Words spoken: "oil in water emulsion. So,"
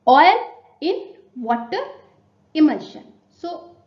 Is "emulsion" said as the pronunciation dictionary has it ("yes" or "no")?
no